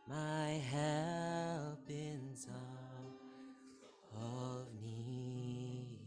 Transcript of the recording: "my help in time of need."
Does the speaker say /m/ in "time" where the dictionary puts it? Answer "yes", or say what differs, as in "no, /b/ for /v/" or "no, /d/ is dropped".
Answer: no, /m/ is dropped